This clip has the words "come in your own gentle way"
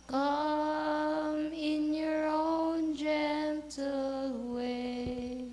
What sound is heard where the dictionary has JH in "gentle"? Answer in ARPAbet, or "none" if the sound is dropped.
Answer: JH